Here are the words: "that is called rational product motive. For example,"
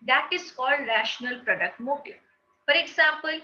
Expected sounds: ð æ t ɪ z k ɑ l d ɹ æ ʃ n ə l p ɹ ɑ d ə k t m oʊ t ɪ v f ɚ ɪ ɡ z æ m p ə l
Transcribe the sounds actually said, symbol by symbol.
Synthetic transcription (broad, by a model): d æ t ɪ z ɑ l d ɹ æ ʃ n ə l p ɹ ɑ d ə k t m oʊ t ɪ f ɚ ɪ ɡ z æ m p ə l